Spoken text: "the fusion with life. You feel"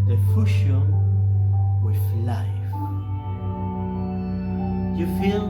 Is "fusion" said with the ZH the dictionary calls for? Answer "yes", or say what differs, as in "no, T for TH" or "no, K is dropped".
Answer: no, SH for ZH